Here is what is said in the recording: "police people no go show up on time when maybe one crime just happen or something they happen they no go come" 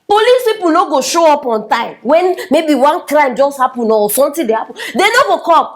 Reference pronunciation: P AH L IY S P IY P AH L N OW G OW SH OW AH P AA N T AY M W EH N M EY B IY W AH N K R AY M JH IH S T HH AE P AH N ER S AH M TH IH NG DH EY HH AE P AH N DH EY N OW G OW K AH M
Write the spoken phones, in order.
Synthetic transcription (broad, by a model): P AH L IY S P IY P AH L N OW G OW SH OW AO P AA N T AY M W EH N M EY B IY W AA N K R AY M JH IH S T HH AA P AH N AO S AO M T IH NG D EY HH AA P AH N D EY N OW G OW K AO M